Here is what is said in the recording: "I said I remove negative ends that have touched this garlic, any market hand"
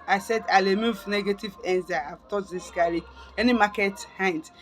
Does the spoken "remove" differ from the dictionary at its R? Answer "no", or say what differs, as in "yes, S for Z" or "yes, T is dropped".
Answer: yes, L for R